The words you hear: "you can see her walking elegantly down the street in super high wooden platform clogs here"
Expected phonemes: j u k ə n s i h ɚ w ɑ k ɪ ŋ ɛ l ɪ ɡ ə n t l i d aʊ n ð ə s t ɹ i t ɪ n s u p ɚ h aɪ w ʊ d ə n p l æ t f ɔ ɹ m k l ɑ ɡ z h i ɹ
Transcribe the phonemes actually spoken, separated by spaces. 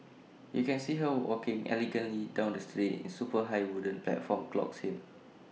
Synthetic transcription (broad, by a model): j u k ə n s i h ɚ w ɑ k ɪ ŋ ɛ l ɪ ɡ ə n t l i d aʊ n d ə s t ɹ i t ɪ n s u p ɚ h aɪ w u d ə n p l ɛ t f ɔ m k l ɑ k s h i l